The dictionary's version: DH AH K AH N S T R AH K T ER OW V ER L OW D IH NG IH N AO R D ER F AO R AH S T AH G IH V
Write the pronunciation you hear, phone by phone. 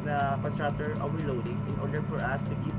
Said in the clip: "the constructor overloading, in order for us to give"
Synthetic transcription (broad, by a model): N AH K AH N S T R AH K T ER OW W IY L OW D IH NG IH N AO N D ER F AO R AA S T AH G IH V